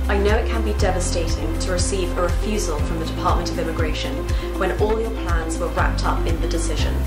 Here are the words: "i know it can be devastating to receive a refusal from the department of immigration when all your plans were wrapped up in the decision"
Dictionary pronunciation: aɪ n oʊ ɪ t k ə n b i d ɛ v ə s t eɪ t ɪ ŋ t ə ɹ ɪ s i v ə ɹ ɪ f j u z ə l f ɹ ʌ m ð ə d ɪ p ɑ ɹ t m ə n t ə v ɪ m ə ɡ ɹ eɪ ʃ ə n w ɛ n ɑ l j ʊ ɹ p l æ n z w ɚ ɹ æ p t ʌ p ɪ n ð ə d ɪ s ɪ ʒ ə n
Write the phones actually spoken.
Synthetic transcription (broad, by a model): aɪ n oʊ ɪ t k ə n b i d ɛ v ə s t eɪ t ɪ ŋ t ə ɹ ɪ s i v ə ɹ ɪ f j u z ə l f ɹ ʌ m ð ə d ɪ p ɑ ɹ t m ə n t ə v ɪ m ə ɡ ɹ eɪ ʃ ə n w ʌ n ɑ l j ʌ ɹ p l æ n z w ɚ ɹ æ p t ʌ p ɪ n ð ə d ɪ s ɪ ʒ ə n